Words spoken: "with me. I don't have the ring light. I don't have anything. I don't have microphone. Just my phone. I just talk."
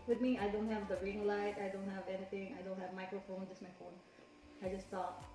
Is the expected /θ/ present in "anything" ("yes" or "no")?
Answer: no